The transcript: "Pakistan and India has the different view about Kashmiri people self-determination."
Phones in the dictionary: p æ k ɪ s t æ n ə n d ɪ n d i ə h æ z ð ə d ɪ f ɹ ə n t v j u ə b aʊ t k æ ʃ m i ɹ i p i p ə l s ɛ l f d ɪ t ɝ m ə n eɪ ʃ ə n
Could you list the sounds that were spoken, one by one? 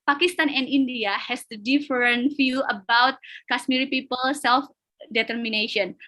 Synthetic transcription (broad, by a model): p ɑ k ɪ s t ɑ n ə n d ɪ n d i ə h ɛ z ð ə d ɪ f ɹ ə n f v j u ə b aʊ t k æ s m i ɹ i p i p ə l s ɛ l f d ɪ t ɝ m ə n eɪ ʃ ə n